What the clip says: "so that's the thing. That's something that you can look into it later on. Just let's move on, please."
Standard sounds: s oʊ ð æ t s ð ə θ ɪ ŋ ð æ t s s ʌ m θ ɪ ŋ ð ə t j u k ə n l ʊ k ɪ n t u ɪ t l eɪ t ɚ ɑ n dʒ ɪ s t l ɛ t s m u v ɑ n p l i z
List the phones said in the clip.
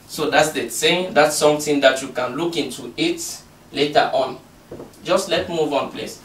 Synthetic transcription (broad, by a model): s oʊ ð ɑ t s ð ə s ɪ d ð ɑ t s s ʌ m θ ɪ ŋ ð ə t j u k ə n l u k ɪ n t u ɪ t l eɪ t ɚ ɑ n dʒ ɪ s t l ɛ t m u v ɑ n p l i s